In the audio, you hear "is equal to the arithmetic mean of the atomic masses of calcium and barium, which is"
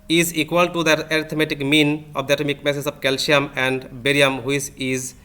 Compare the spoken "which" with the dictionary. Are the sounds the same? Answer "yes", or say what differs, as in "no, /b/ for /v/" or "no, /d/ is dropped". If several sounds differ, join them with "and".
no, /s/ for /tʃ/